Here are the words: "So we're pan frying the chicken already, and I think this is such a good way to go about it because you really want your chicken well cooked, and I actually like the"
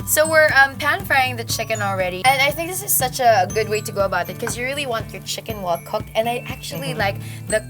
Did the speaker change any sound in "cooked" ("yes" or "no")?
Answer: no